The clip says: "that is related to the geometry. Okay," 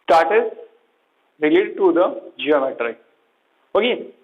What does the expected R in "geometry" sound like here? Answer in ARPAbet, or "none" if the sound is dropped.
R